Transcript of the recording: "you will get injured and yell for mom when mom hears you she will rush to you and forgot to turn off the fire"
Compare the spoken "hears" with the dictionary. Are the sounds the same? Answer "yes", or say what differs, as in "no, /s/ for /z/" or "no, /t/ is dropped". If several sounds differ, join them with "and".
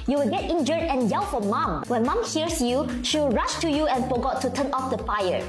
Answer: no, /s/ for /z/